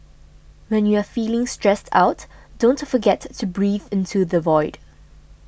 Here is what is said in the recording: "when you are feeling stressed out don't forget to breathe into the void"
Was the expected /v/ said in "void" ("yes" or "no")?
yes